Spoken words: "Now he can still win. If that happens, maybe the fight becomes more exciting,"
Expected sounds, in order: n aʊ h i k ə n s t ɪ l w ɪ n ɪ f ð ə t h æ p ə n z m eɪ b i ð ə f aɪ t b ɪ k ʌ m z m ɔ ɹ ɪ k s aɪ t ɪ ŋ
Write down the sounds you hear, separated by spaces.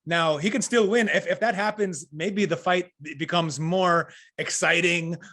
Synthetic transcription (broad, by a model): n aʊ h i k ə n s t ɪ l w ɪ n ɪ f ð ə t h æ p ə n z m eɪ b i ð ə f aɪ t b ɪ k ʌ m z m ɔ ɹ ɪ k s aɪ t ɪ ŋ